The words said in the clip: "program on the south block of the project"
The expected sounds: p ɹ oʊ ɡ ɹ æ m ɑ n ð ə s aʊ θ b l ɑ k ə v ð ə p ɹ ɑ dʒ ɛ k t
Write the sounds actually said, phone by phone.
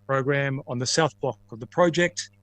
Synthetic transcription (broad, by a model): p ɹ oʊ ɡ ɹ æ m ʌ n ð ə s aʊ θ b l ɑ k ə v ð ə p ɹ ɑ dʒ ɛ k t